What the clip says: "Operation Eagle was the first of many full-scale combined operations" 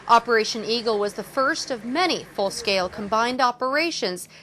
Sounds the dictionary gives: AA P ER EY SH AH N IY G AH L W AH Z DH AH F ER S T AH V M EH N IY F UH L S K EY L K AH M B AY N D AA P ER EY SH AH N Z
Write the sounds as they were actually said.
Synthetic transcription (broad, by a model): AA P ER EY SH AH N IY G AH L W AH Z DH AH F ER S T AH V M EH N IY F UH L S K EY L K AH M B AY N D AA P ER EY SH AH N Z